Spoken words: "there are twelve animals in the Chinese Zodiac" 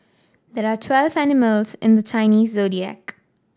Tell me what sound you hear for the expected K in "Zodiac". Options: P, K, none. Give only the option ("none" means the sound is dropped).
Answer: K